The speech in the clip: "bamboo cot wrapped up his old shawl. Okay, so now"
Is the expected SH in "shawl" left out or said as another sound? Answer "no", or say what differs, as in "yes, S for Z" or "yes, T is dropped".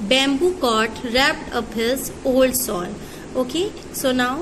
yes, S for SH